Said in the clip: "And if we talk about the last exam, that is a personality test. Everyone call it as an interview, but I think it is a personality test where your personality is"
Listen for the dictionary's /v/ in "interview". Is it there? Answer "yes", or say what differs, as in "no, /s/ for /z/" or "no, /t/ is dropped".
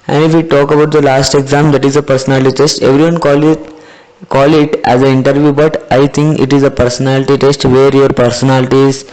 yes